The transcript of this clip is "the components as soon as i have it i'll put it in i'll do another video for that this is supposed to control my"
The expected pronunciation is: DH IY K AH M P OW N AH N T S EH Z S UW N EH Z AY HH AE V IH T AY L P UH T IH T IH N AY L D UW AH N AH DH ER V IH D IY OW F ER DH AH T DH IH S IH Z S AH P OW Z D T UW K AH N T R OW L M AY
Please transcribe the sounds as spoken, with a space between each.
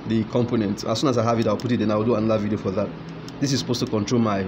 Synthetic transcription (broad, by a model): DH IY K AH M P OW N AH N T AA S UW N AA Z AY HH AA V IH T AY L P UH T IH T IH N AY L D UW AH N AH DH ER V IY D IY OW F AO DH AH T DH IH S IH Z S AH P OW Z T UW K AH N T R OW L M AY